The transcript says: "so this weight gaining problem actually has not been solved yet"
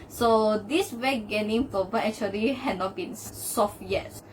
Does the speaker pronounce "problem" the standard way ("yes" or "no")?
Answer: no